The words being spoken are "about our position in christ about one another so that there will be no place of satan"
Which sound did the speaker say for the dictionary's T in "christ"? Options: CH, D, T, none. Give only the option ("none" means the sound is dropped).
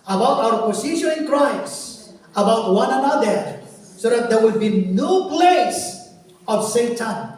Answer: none